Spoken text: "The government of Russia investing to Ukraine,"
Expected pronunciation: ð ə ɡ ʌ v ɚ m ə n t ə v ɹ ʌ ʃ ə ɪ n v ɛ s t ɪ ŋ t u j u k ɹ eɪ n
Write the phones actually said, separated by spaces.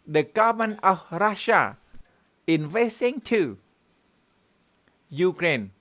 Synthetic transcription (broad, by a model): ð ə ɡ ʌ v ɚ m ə n ə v ɹ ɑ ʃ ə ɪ n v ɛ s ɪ ŋ t u j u k ɹ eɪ n